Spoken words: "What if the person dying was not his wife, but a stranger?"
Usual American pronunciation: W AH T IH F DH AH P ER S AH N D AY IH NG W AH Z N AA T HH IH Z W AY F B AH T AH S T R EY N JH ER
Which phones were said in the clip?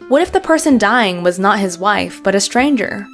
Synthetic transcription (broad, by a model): W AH T IH F DH AH P ER S AH N D AY IH NG W AH Z N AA T HH IH Z W AY F B AH T AH S T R EY N JH ER